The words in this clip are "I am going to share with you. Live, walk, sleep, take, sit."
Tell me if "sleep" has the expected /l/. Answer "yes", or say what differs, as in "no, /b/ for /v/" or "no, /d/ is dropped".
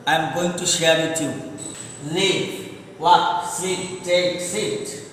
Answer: no, /l/ is dropped